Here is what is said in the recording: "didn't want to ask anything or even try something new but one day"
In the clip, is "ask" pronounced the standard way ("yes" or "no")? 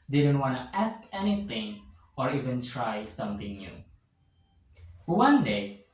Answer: yes